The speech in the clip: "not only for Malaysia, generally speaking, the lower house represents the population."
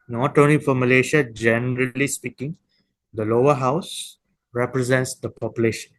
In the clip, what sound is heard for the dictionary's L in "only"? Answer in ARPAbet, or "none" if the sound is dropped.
none